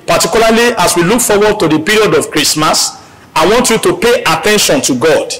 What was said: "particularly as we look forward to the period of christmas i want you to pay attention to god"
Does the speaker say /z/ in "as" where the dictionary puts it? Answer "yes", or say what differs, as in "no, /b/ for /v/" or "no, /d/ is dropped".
no, /s/ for /z/